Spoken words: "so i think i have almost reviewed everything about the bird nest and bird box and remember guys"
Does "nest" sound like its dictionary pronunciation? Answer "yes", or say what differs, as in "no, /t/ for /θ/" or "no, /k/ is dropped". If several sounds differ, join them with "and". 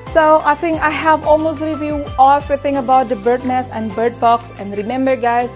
no, /t/ is dropped